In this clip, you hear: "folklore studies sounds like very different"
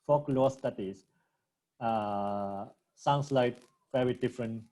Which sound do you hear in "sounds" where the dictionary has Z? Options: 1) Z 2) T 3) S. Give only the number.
3